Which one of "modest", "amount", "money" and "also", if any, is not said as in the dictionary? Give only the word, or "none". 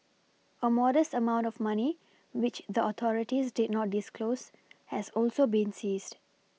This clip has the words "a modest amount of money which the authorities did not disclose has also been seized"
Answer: none